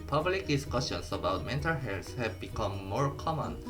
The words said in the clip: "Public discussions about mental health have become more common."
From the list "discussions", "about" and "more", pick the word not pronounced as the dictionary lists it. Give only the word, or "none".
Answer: discussions